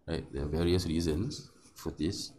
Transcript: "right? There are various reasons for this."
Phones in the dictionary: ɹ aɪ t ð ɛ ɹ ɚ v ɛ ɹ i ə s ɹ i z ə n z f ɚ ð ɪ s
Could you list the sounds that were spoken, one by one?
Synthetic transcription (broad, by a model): ɹ aɪ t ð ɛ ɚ v ɛ ɹ i ə s ɹ i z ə n s f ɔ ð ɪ s